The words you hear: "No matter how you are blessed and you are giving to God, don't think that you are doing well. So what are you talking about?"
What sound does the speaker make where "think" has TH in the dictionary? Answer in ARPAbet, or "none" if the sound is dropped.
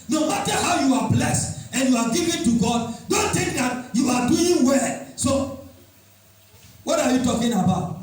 T